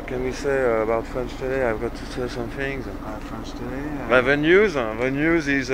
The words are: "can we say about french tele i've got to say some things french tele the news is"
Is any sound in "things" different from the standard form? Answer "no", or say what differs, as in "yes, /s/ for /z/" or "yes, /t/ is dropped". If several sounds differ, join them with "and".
no